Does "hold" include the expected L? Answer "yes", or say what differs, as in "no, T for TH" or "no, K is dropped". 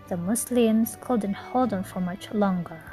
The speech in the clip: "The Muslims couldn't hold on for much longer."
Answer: yes